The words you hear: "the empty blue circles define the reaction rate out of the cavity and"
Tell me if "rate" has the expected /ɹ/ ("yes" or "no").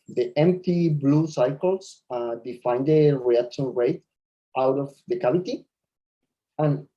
yes